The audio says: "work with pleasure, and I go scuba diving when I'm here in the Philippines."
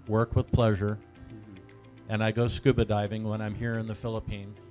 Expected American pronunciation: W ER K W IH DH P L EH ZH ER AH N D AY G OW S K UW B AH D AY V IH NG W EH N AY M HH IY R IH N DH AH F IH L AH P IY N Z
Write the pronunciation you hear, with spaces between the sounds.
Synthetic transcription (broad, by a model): W ER K W IH DH P L EH ZH ER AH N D AY G OW S K UW B AH D AY V IH NG W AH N AY M HH IY R IH N DH AH F IH L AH P IY N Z